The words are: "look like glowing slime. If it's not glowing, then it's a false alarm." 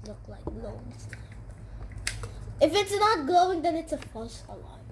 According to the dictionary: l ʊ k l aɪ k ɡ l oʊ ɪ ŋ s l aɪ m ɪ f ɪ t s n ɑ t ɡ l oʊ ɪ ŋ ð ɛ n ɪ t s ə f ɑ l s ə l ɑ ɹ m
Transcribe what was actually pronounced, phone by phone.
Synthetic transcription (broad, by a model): l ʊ k l aɪ k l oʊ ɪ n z ɪ f ɪ t s n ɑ t ɡ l oʊ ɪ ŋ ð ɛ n ɪ t s ə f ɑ s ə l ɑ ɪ